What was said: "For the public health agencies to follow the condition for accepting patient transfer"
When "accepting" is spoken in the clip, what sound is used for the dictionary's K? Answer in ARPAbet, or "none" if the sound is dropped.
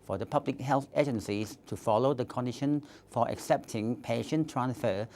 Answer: K